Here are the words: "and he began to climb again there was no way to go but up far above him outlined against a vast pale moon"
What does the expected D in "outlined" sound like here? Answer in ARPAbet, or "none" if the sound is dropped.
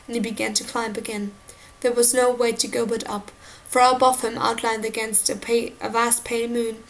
D